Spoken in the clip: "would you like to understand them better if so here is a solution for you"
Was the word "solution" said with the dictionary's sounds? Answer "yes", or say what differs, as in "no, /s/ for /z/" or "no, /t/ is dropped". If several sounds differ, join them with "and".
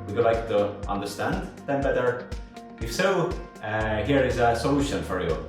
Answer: yes